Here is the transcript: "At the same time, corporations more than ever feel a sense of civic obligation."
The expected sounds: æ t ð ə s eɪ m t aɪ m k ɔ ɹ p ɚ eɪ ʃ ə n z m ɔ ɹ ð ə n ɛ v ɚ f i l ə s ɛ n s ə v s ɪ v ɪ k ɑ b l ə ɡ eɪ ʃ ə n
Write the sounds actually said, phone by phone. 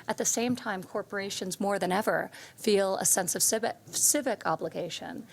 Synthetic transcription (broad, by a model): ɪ t ð ə s eɪ m t aɪ m k ɔ ɹ p ɚ eɪ ʃ ə n z m ɔ ɹ ð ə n ɛ v ɚ f i l ə s ɛ n s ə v s ɪ v ɪ k ɑ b l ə ɡ eɪ ʃ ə n